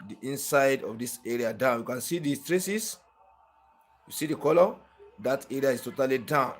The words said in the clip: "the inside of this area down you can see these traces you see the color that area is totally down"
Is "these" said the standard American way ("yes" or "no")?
no